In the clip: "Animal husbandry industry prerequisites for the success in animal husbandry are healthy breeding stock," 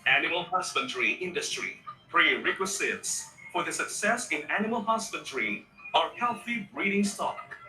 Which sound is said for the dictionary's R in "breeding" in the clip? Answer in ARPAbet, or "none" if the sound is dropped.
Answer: R